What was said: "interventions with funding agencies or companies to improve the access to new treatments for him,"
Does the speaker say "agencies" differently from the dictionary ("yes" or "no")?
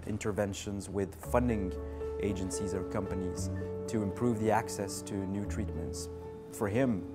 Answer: no